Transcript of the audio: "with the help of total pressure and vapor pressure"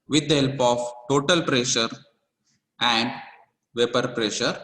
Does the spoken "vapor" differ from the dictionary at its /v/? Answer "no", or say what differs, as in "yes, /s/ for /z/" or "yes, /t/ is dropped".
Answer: no